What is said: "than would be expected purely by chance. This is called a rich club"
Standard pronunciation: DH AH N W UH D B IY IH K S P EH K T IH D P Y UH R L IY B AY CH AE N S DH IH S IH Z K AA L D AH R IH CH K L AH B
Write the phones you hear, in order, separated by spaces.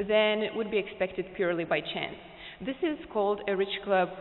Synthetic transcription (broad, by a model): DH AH N W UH D B IY IH K S P EH K T IH D P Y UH R L IY B AY CH AE N S DH IH S IH Z K AA L D AH R IH CH K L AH B